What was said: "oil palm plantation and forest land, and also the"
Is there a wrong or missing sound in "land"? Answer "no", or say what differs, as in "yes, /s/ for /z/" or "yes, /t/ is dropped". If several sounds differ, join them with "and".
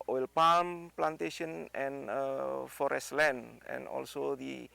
yes, /d/ is dropped